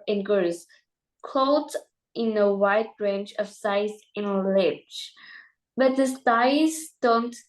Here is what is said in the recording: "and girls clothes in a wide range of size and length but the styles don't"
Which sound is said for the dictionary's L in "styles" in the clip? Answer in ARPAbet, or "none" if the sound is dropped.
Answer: none